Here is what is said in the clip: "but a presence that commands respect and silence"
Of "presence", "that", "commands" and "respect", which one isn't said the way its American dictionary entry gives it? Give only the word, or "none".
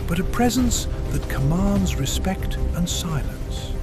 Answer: none